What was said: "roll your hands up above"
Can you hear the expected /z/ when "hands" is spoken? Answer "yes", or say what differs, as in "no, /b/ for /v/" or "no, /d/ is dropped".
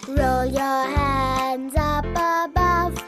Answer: yes